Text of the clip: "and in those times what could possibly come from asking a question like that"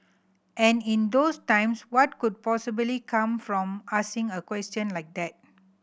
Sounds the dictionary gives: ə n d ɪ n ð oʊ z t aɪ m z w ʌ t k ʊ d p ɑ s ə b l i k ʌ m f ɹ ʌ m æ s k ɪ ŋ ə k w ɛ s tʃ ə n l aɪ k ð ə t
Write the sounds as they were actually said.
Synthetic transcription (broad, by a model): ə n ɪ n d oʊ s t aɪ m s w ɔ t k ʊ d p ɑ s ə b l i k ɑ m f ɹ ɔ m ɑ s ɪ ŋ ə k w ɛ s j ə n l aɪ k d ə t